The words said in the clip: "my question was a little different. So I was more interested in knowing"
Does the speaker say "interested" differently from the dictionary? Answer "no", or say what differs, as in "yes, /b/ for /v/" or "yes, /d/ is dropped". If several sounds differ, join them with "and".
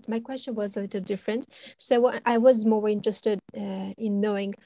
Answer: no